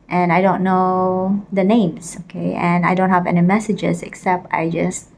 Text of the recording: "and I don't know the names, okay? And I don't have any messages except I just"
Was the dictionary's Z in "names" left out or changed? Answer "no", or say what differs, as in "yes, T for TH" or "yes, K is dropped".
yes, S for Z